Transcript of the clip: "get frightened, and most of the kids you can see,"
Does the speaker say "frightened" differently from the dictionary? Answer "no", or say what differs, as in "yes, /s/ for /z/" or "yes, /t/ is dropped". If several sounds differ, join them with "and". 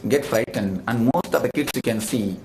no